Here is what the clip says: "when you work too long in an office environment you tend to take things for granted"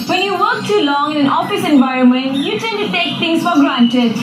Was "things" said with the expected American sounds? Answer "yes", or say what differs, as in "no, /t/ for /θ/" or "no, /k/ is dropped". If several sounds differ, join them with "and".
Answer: no, /t/ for /θ/